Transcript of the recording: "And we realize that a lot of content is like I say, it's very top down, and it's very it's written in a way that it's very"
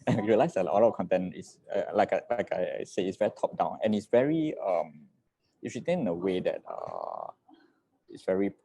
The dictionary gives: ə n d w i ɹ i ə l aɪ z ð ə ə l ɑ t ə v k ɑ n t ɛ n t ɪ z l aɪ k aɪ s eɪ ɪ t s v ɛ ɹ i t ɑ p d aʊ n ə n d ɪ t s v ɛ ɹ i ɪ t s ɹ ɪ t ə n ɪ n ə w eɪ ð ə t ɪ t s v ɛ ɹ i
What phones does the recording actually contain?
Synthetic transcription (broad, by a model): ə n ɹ i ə l aɪ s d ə ə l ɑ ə k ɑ n t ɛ n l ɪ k l aɪ k aɪ s eɪ ɪ t s v ɛ ɹ i t ɑ p d aʊ n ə n ɪ t s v ɛ ɹ i ɪ t s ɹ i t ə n ɪ n ə w eɪ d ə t ɪ t s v ɛ ɹ i